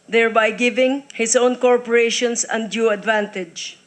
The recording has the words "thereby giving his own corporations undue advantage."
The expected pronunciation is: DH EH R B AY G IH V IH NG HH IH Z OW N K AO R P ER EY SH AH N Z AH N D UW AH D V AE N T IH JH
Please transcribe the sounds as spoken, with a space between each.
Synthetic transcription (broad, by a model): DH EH R B AY G IH V IH NG HH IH S OW N K AO R P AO EY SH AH N S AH N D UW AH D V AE N T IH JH